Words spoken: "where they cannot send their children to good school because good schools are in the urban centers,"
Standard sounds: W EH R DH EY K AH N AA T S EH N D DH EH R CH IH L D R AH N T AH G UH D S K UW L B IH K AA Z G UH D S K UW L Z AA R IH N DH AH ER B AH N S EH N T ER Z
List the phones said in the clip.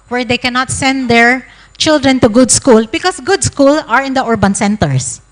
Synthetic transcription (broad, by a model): W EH R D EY K AH N AA T S EH N D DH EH R CH IH L D R AH N T AH G UH D S K UW L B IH K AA S G UH D S K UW L AA R IH N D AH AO B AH N S EH N T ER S